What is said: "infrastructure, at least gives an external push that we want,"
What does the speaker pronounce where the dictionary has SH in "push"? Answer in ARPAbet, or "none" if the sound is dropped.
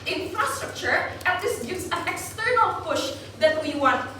SH